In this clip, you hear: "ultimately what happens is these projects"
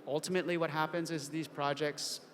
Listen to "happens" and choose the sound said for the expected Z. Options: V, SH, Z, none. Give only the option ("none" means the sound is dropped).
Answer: Z